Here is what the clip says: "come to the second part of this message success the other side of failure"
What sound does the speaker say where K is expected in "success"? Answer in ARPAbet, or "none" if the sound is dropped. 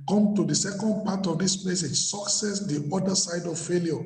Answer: K